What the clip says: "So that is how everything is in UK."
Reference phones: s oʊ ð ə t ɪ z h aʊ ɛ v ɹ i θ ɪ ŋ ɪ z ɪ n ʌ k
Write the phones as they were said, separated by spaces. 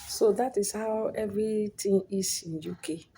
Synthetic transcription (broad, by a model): s oʊ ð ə t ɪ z h aʊ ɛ v ɹ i t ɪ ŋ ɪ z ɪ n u k